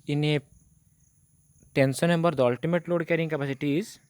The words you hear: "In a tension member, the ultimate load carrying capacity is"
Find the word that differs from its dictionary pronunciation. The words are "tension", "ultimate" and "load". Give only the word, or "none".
tension